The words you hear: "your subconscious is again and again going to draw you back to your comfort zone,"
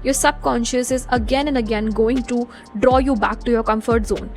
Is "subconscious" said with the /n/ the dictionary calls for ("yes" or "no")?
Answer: yes